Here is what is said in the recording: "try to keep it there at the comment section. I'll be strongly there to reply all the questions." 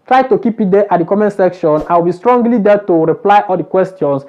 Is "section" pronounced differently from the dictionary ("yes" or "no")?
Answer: no